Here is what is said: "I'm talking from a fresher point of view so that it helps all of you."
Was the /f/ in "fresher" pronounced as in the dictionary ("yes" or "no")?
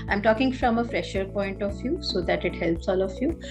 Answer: yes